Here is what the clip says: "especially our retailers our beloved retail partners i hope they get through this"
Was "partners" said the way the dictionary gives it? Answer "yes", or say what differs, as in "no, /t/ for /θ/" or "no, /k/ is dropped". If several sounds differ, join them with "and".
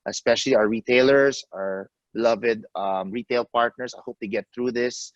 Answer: no, /s/ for /z/